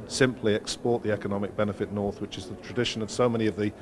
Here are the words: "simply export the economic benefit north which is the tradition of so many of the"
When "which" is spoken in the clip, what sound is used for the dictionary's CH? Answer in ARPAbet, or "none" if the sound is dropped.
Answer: CH